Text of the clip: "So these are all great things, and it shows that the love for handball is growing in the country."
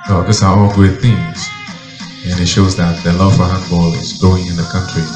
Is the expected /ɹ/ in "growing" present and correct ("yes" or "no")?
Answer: no